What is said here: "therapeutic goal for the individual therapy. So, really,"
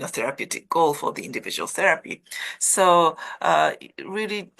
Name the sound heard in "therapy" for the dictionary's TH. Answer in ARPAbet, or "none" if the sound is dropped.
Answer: TH